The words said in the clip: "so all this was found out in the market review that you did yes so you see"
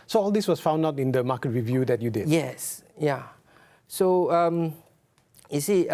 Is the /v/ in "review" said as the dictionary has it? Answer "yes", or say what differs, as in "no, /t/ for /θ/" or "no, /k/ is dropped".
yes